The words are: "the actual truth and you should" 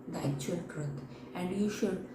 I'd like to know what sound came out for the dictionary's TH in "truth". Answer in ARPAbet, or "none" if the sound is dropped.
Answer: T